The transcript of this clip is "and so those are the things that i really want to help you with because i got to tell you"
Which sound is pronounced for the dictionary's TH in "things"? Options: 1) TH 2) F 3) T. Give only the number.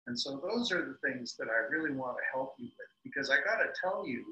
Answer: 1